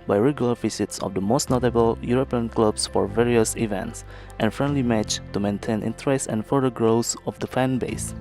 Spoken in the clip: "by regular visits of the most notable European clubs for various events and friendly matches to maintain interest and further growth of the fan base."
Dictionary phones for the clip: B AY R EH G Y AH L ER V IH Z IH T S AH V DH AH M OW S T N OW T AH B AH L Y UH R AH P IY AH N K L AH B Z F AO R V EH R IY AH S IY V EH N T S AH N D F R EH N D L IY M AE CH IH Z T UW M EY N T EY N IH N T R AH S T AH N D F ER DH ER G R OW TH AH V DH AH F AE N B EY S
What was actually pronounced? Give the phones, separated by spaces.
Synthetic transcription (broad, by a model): B AY R EH G Y AH L ER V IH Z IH T S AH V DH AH M OW S T N OW T AH B AH L Y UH R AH P IY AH N K L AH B S F AO R V EH R IY AH S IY V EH N T S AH N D F R EH N D L IY M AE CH T UW M EY N T EY N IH N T R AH S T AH N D F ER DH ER G R OW S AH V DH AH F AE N B EY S